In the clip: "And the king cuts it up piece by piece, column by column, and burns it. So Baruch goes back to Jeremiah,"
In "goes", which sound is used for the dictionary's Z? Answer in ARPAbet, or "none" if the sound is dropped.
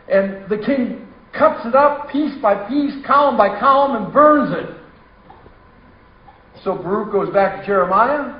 Z